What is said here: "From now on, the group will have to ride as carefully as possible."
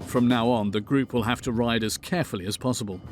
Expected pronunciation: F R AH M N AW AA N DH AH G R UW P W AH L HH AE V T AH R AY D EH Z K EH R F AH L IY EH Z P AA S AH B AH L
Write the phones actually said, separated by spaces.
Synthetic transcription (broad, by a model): F R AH M N AW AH N DH AH G R UW P W AH L HH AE F T AH R AY D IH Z K EH R F AH L IY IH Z P AA S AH B AH L